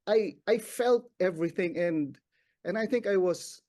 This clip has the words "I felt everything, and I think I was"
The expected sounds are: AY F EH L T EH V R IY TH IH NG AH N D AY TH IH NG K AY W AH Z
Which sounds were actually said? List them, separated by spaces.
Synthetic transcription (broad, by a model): AY F EH L T EH V R IY TH IH NG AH N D AY TH IH NG K AY W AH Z